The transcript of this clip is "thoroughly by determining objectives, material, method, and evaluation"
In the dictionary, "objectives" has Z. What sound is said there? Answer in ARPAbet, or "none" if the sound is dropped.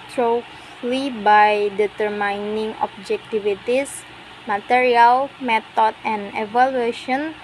S